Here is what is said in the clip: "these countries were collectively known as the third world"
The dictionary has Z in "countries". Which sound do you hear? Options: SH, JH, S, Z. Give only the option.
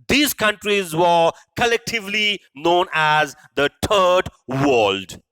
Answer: Z